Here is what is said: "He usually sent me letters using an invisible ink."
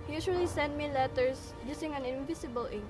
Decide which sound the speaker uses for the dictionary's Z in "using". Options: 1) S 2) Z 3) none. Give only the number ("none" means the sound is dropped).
1